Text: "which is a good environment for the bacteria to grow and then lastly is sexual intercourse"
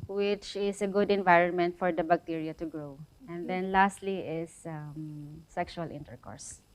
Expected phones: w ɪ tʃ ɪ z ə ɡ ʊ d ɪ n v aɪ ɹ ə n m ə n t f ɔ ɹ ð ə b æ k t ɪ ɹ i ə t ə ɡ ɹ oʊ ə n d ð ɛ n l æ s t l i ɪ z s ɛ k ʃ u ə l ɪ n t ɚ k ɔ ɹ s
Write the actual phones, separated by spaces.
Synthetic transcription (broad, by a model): w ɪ tʃ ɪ s ə ɡ ʊ d ɪ n v aɪ ɹ ə n m ə n t f ɔ ɹ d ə b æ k t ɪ ɹ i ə t ə ɡ ɹ oʊ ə n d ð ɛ n l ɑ s t l i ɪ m s ɛ k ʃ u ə l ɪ n t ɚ k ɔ ɹ s